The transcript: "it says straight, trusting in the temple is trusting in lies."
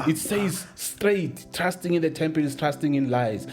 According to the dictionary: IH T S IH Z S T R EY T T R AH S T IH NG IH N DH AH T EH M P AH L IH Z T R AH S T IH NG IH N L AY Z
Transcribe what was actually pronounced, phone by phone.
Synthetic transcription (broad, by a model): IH T S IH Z S T R EY T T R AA S T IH NG IH N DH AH T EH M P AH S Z T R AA S T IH NG IH N L AY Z